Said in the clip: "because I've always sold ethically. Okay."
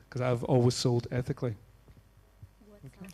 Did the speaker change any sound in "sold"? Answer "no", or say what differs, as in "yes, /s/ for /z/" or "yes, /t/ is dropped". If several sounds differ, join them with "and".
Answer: no